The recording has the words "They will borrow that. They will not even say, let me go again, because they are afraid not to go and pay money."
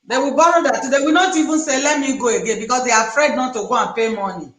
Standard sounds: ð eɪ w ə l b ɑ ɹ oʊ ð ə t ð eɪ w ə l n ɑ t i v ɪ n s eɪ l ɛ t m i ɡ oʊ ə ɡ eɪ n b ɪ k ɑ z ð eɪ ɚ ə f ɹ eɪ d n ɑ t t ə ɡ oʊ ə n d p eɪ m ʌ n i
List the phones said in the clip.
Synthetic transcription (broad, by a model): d eɪ w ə b ɑ ɹ oʊ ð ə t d eɪ w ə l n ɑ t i v ɪ n s eɪ l ɛ t m i ɡ oʊ ə ɡ eɪ n b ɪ k ɑ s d eɪ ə f ɹ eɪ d n ɑ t t ə ɡ oʊ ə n p eɪ m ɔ n i